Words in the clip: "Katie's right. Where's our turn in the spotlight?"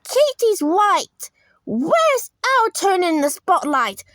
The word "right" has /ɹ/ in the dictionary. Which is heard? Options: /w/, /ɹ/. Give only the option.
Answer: /w/